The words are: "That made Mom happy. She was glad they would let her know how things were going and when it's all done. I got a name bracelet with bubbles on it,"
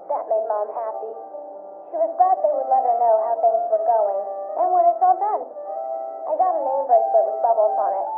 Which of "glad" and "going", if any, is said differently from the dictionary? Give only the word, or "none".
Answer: glad